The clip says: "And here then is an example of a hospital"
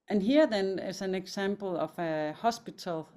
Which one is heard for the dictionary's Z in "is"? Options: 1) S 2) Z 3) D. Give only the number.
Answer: 1